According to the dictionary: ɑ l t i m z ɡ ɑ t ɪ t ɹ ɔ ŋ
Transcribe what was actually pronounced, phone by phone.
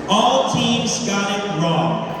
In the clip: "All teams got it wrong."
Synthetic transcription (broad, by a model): ɑ l t i m z ɡ ɑ t ɪ t ɹ ɔ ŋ